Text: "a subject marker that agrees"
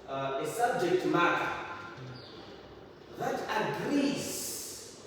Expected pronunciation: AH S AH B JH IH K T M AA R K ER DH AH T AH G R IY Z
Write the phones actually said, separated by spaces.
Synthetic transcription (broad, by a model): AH S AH B JH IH K T M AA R ER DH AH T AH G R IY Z